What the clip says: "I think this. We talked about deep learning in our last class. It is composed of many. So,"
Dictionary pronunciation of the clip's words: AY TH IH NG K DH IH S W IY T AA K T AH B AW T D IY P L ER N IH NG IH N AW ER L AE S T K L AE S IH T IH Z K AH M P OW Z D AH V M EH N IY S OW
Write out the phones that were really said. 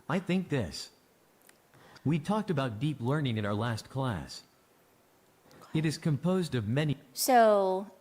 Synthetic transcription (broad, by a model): AY TH IH NG K DH IH S W IY T AA K T AH B AW T D IY P L ER N IH NG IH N AW ER L AE S T K L AE S IH T IH Z K AH M P OW Z D AH V M EH N IY S OW